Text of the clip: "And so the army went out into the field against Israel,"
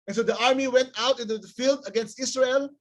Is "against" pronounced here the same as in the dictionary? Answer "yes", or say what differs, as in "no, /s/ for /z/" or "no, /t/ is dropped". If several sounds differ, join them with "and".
yes